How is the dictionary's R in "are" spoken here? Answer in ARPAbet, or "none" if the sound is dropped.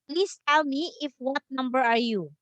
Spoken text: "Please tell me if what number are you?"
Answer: R